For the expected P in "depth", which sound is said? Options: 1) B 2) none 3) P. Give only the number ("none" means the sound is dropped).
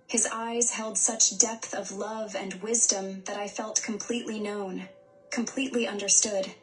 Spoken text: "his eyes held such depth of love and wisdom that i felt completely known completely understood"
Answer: 3